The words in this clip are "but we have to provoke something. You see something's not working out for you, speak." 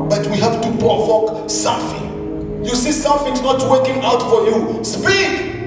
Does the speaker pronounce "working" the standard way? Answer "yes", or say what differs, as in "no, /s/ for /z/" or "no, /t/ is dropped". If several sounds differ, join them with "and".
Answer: yes